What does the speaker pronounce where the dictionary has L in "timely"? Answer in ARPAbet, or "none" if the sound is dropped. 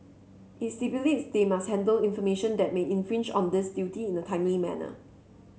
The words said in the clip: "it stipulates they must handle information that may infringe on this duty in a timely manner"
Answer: none